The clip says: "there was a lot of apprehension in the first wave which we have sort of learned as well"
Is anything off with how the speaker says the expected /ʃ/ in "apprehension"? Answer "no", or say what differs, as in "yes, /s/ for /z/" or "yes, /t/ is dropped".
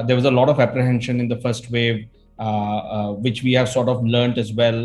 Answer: no